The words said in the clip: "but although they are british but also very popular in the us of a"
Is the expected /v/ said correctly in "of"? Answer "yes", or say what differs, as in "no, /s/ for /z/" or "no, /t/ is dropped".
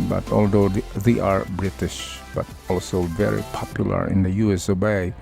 no, /b/ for /v/